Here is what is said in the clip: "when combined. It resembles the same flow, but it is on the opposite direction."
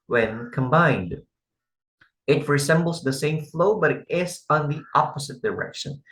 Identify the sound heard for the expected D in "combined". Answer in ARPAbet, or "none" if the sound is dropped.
D